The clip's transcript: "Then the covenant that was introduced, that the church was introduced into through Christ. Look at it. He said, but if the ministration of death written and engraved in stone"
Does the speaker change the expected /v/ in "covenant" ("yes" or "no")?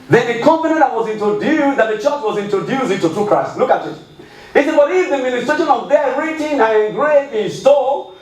yes